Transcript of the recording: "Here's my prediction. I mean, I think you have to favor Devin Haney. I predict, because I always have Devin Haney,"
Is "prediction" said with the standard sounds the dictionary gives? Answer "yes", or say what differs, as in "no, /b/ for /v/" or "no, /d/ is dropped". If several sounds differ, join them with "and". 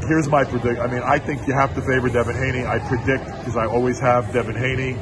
no, /ʃ/ is dropped and /n/ is dropped